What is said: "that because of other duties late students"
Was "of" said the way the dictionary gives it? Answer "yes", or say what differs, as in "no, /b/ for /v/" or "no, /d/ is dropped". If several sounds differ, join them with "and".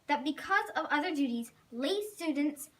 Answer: yes